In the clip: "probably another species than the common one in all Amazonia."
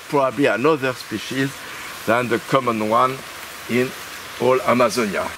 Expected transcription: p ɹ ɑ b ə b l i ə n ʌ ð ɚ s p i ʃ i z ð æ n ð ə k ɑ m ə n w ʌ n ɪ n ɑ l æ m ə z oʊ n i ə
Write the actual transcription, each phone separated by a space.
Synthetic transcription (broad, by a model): p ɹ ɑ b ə b l i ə n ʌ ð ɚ s p i ʃ i z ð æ n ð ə k ɑ m ə n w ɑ n ɪ n ɑ l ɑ m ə z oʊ n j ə